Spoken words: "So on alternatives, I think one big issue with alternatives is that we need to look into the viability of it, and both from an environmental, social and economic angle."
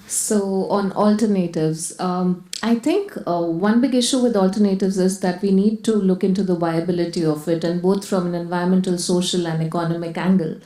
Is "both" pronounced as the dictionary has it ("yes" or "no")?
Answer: no